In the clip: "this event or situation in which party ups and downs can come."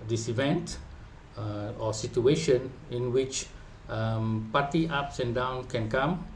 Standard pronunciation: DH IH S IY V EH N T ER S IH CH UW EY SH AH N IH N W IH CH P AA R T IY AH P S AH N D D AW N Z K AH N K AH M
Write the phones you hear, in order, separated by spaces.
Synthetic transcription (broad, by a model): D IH S IY V EH N T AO S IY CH UW EY SH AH N IH N W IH CH P AA T IY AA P S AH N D D AW N K AH N K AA M